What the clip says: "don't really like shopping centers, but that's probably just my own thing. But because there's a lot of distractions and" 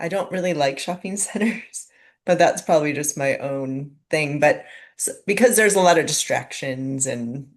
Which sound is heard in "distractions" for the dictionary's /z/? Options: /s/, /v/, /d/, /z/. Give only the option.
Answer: /z/